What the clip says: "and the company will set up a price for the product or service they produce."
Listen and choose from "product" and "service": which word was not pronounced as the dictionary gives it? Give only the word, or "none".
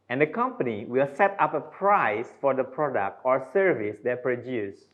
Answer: none